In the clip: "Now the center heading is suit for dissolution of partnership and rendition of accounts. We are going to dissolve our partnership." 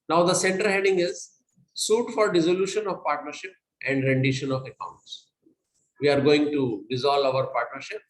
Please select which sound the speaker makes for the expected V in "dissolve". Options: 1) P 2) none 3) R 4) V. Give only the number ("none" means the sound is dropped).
2